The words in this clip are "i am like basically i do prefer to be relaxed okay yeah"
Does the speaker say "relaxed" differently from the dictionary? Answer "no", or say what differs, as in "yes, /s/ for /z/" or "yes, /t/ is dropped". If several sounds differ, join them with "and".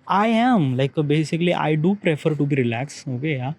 yes, /t/ is dropped